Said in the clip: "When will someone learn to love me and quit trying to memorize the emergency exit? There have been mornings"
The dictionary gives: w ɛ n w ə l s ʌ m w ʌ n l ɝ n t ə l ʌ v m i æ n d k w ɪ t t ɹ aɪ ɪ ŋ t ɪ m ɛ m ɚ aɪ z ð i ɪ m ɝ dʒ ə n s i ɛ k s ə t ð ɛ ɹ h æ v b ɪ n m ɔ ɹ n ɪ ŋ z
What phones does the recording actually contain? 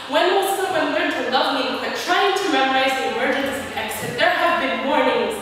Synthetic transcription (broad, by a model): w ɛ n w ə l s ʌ w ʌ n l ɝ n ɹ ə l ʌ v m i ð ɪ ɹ t ɹ aɪ ɪ ŋ t ɪ m ɛ m ɚ aɪ z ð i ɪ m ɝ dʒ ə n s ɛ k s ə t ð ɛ ɹ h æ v b ɪ n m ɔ ɹ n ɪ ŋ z